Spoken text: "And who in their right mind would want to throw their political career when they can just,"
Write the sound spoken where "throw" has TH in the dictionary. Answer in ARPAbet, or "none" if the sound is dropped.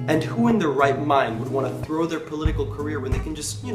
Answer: TH